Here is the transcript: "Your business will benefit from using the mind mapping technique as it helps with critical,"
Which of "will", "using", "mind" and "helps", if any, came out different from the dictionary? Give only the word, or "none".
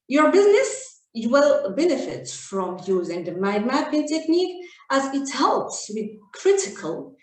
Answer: mind